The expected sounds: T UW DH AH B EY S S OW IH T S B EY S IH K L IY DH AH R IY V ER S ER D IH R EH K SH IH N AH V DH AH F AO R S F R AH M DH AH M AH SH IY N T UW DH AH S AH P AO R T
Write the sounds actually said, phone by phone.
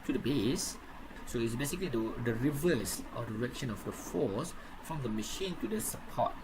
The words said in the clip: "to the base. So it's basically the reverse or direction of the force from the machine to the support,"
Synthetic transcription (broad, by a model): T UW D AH B EY S S OW IH T S B EY S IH K L IY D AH R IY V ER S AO D IH R EH K SH IH N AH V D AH F AO S F R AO M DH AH M AH SH IY N T UW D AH S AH P AO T